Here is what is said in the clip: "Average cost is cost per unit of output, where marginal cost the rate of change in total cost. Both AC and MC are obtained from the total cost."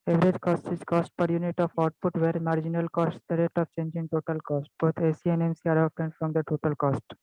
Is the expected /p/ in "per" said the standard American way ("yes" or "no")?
yes